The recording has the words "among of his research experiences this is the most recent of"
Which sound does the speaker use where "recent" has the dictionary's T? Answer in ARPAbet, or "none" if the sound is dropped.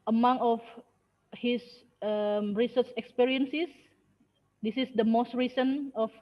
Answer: none